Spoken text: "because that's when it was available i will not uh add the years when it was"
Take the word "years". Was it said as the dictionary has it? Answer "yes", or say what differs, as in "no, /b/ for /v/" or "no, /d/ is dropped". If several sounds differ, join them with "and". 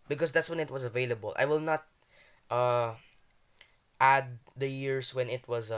no, /s/ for /z/